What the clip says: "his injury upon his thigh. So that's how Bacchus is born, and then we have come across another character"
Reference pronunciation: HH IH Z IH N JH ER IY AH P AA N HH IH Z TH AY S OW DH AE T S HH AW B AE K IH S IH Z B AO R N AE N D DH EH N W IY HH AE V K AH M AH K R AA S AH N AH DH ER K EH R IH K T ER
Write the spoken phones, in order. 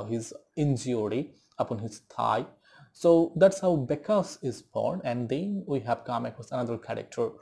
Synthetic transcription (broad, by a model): HH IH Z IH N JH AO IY AH P AA N HH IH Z T AY S OW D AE T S HH AW B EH K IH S IH Z B AO R N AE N D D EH N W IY HH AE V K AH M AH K AA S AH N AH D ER K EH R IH K T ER